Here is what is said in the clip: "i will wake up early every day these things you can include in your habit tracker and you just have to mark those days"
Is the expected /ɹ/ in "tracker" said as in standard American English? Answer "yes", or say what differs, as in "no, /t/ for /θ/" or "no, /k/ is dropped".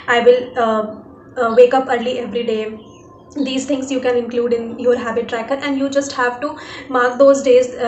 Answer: yes